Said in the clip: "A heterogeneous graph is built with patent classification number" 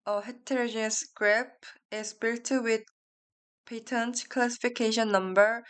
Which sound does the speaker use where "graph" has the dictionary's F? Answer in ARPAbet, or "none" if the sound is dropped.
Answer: P